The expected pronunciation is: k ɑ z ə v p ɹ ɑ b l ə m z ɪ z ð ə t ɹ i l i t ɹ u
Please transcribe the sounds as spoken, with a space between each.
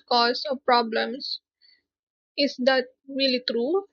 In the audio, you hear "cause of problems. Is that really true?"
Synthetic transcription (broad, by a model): k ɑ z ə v p ɹ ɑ b l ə m s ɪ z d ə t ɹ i l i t ɹ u